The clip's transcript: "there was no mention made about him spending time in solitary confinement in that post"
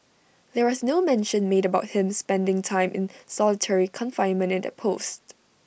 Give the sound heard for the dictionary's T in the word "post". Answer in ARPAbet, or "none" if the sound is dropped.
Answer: T